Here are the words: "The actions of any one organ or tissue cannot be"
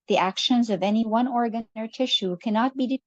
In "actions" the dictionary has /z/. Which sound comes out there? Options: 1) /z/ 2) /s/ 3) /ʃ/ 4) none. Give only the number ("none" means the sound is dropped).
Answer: 1